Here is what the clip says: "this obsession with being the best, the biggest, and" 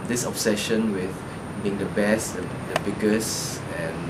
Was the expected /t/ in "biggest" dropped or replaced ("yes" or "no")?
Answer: yes